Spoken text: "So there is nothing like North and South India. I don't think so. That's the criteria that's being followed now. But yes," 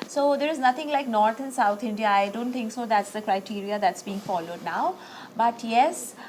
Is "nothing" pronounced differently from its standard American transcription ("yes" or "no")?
yes